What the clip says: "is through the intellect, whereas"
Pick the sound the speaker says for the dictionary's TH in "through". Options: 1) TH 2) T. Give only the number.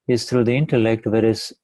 2